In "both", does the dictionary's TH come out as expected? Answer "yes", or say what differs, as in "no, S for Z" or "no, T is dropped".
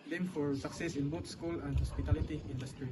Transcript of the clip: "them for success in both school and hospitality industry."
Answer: no, T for TH